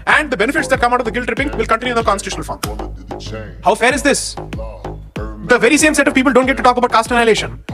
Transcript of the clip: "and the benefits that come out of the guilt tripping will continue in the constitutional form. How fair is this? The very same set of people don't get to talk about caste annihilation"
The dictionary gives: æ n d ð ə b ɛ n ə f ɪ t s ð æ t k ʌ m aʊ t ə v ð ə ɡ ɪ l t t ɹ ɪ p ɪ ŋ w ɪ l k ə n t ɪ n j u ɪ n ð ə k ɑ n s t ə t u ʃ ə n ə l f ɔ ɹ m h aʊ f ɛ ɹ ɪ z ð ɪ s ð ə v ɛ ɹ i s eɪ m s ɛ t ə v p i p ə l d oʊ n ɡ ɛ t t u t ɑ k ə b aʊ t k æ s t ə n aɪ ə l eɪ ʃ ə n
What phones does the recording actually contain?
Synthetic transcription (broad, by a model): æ n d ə b ɛ n ə f ɪ t s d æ t k ʌ m aʊ t ə v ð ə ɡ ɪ l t t ɹ ɪ p ɪ ŋ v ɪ l k ə n t ɪ n j u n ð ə k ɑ n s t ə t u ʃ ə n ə l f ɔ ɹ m h aʊ f ɛ ɹ ɪ z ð ɪ s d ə v ɛ ɹ i s eɪ m s ɛ t ə v p i p ə l d oʊ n ɡ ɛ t t u t ɑ k ə b aʊ t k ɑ s t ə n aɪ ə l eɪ ʃ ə n